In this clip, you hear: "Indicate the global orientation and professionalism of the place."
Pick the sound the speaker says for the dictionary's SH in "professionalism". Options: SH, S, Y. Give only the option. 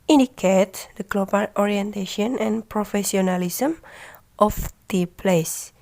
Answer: S